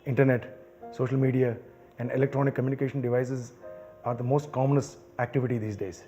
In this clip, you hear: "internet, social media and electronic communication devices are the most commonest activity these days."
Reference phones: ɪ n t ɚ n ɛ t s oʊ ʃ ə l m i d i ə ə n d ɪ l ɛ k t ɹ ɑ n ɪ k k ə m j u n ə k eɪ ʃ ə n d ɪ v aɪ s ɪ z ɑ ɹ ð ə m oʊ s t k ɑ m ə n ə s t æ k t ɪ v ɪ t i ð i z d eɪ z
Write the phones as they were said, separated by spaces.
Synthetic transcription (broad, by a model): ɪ n t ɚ n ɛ t s oʊ ʃ ə l m i d i ə ə n d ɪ l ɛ k t ɹ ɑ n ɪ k k ə m j u n ə k eɪ ʃ ə n d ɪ v aɪ s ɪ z ɑ ɹ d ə m oʊ s t k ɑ m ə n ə s æ k t ɪ v ɪ t i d i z d eɪ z